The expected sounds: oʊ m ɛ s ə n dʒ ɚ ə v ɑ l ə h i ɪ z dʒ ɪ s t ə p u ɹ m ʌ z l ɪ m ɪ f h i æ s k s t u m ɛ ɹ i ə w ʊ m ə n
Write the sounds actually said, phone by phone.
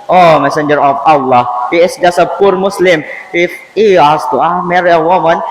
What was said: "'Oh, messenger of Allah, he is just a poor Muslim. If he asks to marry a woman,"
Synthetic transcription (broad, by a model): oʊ m ɛ s ə n dʒ ɚ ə f ɑ l ə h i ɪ s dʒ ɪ s ə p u ɹ m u s l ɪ m ɪ f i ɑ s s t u m ɛ ɹ i ə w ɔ m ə n